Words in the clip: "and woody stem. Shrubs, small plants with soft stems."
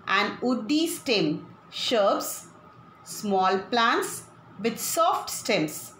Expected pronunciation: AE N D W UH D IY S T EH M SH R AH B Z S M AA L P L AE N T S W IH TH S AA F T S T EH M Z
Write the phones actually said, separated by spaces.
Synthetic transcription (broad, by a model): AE N D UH D IY S T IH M SH AH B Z S M AA L P L AE N T S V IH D S AA F T S T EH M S